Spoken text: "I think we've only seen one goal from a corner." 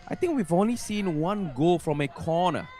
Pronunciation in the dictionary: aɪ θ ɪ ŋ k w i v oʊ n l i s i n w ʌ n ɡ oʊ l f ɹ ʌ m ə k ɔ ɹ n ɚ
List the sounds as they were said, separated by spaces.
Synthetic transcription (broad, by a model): aɪ t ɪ ŋ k w i v oʊ n l i s i n w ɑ n ɡ oʊ l f ɹ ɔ m ə k ɔ n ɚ